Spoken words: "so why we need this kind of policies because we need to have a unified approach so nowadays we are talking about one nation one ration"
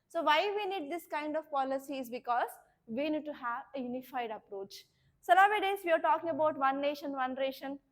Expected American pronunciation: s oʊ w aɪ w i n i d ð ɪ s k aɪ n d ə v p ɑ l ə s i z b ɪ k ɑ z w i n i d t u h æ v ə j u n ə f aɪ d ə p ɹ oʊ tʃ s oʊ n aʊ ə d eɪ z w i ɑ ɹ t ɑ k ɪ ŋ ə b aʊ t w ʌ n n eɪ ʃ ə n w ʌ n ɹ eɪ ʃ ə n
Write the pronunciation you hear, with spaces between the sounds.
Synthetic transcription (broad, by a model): s oʊ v aɪ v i n i d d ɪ s k aɪ n d ə v p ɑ l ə s i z b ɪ k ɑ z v i n i d t u h æ v ə j u n ə f aɪ d ə p ɹ oʊ tʃ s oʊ l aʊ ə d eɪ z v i ɑ ɹ t ɑ k ɪ ŋ ə b aʊ t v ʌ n n eɪ ʃ ə n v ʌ n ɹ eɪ ʃ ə n